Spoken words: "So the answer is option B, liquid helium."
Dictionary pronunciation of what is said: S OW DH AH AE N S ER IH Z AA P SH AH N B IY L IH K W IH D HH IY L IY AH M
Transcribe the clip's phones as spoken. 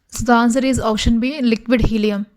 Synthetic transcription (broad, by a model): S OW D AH N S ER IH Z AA SH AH N B IY L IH K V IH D HH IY L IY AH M